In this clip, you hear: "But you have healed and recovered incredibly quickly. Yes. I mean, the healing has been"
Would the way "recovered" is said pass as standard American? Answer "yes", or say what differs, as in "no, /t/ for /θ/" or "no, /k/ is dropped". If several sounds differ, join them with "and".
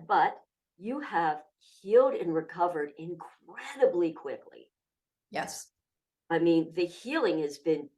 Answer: yes